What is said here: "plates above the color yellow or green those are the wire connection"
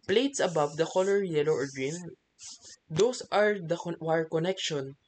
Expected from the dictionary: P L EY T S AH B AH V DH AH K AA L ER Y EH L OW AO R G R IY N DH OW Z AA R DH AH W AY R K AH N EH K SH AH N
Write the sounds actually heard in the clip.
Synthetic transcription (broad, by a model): P L EY T S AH B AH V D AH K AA L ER Y EH L OW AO R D R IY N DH OW S AA R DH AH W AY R K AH N EH K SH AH N